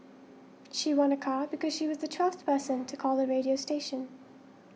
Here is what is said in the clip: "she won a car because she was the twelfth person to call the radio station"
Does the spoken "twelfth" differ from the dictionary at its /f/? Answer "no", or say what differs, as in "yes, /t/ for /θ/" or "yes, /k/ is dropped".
no